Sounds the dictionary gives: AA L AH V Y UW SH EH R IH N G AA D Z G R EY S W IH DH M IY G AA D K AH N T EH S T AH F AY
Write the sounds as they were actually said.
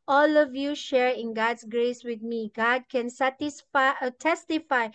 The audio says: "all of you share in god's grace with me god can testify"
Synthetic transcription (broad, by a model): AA L AH V Y UW SH EH R IH N G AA D S G R EY S W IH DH M IY G AA D K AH N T EH S T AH F AY